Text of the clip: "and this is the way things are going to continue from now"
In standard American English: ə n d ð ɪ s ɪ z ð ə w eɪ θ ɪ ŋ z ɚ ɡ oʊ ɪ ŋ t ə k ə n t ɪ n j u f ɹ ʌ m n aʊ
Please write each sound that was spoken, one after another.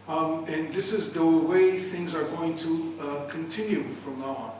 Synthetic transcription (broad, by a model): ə n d ð ɪ s ɪ z ð ə w eɪ θ ɪ ŋ z ɚ ɡ oʊ ɪ ŋ t ə k ə n t ɪ n j u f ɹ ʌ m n